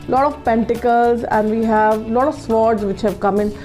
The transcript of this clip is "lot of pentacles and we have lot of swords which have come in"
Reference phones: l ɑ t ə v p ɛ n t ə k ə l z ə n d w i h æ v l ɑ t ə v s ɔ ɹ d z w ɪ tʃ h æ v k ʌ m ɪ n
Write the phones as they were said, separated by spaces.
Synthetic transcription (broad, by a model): l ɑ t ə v p ɛ n t ə k ə l z ə n d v i h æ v l ɑ t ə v s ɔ ɹ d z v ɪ tʃ h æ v k ʌ m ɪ n